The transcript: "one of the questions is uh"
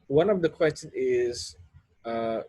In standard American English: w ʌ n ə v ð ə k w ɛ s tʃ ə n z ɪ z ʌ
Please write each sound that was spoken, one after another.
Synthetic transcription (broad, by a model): w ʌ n ə v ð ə k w ɛ s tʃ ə n ɪ z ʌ